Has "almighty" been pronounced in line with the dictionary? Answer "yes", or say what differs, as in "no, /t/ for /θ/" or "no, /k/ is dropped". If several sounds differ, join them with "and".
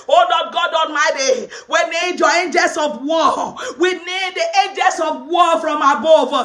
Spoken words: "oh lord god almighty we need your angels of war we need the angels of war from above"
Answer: no, /n/ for /l/